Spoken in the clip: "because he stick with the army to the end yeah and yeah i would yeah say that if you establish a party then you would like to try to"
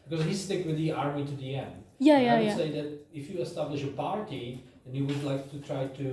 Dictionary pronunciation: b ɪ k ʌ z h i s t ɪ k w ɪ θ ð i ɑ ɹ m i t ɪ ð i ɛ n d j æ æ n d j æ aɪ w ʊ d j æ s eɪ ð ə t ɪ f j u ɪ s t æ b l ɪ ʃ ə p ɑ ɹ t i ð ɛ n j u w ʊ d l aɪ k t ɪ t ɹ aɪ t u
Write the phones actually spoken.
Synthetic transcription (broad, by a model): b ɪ k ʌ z h i s t ɪ k w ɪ ð i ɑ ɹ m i t ɪ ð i ɛ n d j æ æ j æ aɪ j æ s eɪ ð ə t ɪ f j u ɪ s t æ b l ɪ ʃ ə p ɑ ɹ t i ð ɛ n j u w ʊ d l aɪ k t ɪ t ɹ aɪ t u